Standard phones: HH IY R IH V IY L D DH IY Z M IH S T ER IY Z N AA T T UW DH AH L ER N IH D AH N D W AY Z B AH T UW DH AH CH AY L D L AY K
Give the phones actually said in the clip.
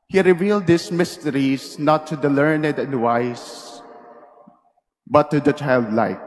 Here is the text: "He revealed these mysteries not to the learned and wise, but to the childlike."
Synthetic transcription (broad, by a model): HH IY R IH V IY L D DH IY S M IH S T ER IY S N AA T T UW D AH L ER N IH D AH N D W AY S B AH T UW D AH CH AY L D L AY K